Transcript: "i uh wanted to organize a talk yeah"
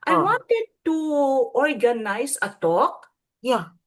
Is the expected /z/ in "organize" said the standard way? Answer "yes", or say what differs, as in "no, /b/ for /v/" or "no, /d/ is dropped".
no, /s/ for /z/